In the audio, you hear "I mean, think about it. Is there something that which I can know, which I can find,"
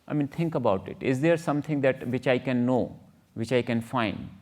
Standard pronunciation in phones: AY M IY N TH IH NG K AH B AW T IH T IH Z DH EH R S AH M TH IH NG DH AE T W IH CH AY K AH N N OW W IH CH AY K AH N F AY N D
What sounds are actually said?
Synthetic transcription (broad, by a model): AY M IY N T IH NG K AH B AW T IH T IH Z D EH R S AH M T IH NG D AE T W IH CH AY K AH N N OW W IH CH AY K AH N F AY N D